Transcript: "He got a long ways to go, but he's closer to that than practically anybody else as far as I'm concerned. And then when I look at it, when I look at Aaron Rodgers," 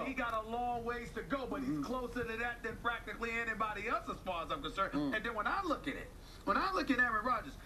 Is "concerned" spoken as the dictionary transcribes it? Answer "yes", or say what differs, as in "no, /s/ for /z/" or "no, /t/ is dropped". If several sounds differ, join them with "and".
no, /d/ is dropped